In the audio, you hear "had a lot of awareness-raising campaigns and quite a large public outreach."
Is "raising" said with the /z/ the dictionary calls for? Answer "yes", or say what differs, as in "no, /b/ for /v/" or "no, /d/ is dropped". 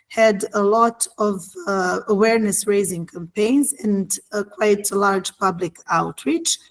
yes